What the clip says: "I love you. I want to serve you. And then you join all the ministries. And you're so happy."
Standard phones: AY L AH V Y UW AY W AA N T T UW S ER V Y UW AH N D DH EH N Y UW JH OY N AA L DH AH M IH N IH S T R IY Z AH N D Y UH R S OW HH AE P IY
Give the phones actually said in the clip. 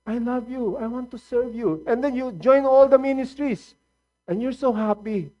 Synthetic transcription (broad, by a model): AY L AH V Y UW AY W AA N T T UW S ER V Y UW AH N D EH N Y UW JH OY N AA L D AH M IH N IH S T R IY S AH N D Y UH R S OW HH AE P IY